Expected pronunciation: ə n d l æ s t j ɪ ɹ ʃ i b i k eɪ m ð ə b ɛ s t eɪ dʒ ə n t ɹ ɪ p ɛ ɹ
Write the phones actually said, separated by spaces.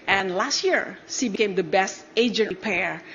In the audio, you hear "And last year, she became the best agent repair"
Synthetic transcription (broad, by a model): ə n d l æ s t j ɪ ɹ s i b i k eɪ m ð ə b ɛ s t eɪ dʒ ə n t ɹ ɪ p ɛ ɹ